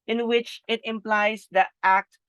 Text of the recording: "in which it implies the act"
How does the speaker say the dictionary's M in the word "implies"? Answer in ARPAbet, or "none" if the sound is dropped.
M